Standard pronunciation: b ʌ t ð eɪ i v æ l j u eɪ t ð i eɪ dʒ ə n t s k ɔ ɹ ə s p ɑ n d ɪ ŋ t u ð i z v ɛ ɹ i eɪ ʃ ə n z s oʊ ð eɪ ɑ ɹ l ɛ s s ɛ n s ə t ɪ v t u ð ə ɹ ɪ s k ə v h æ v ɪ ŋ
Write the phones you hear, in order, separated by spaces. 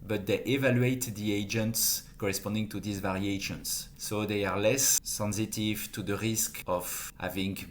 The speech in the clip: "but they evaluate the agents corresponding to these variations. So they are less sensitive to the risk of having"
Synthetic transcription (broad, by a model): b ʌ t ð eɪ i v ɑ l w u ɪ t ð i eɪ dʒ ə n t s k ɔ ɹ ə s p ɑ n d ɪ ŋ t u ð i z v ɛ ɹ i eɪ ʃ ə n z s oʊ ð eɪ ɑ ɹ l ɛ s s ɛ n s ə t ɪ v t u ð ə ɹ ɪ s k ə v h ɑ v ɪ ŋ